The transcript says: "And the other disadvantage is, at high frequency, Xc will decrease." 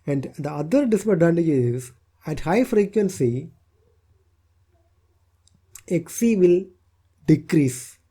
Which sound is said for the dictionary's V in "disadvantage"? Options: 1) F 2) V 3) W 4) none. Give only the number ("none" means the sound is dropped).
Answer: 4